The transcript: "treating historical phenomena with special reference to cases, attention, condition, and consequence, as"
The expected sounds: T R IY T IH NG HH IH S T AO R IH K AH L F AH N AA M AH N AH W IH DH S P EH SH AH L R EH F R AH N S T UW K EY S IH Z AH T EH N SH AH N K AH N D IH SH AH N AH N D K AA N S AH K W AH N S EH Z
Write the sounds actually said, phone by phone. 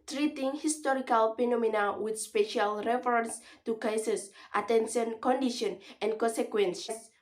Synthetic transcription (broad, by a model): T R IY T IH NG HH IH S T AO R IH K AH L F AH N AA M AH N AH W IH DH S P EH SH AH L R EH F R AH N S T UW K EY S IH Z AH T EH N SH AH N K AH N D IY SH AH N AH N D K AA N S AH K W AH N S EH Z